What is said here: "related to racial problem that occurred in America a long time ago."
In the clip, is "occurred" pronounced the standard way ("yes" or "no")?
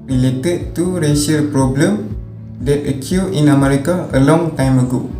no